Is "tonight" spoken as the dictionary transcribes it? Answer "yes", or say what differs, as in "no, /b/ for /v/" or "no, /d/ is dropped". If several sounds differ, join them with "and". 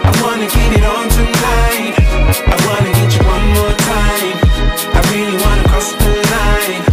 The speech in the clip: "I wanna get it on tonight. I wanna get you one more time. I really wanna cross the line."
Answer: no, /l/ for /n/ and /t/ is dropped